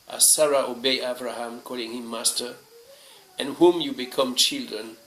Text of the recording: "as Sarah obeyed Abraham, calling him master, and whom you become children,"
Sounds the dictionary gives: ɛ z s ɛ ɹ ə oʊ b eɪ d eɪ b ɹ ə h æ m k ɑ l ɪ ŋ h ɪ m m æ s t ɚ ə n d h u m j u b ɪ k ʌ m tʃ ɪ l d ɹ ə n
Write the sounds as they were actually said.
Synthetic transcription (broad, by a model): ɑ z s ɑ ɹ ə oʊ b eɪ ɑ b ɹ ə h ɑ m k ɑ l ɪ ŋ h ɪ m m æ s t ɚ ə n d h u m j u b ɪ k ʌ m tʃ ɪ l d ɹ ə n